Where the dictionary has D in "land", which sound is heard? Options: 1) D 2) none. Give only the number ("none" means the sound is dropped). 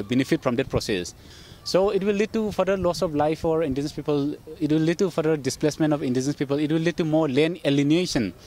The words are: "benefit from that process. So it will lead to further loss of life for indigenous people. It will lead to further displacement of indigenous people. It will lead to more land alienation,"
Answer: 2